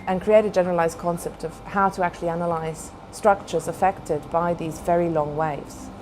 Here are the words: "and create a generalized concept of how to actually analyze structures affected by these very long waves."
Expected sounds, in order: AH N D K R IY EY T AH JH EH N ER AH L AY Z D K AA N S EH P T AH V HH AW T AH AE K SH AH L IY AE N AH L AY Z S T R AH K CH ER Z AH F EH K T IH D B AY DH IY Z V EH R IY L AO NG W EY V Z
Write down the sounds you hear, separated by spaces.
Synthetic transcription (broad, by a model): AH N K R IY EY T AH JH EH N ER AH L AY Z D K AA N S EH P T AH V HH AW T AH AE K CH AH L IY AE N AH L AY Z S T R AH K CH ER Z AH F EH K T IH D B AY DH IY Z V EH R IY L AO NG W EY V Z